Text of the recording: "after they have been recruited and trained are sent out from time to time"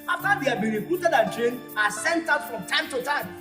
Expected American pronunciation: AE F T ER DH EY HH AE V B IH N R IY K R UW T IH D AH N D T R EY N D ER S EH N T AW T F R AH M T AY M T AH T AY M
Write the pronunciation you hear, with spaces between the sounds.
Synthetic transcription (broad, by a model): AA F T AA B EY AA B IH R IY K R UW T IH D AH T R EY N AA S EH N T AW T F R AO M T AY M T AH T AY M